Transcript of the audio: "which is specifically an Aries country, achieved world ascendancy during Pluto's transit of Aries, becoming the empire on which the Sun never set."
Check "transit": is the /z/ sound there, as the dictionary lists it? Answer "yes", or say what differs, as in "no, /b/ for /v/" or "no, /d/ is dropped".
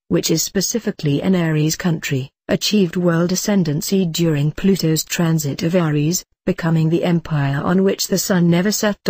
yes